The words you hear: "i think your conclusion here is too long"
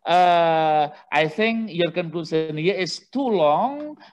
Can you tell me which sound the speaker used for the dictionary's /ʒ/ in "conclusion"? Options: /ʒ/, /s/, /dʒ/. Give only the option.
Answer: /s/